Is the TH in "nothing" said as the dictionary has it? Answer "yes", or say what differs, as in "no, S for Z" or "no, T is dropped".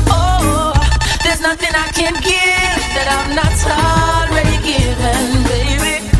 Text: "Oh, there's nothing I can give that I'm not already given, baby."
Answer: yes